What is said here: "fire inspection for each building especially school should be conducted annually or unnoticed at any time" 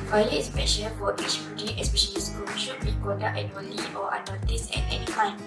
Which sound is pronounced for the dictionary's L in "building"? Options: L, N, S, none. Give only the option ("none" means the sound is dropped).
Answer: none